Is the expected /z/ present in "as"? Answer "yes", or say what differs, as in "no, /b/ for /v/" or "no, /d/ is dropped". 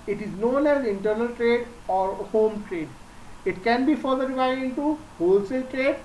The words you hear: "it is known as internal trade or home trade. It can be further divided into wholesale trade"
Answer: yes